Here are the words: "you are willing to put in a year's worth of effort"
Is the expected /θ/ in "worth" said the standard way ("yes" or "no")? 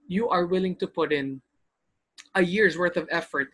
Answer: yes